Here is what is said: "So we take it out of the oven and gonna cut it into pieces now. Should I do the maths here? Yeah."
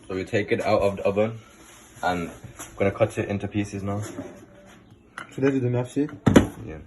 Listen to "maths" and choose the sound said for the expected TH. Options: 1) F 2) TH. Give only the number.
1